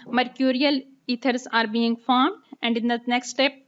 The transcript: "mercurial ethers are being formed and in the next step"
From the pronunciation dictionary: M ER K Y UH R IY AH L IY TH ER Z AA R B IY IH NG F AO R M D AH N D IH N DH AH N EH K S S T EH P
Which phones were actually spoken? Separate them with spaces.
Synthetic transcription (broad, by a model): M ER K Y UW R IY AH L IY T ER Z AA R B IY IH NG F AO R M D AH N D IH N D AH N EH K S S T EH P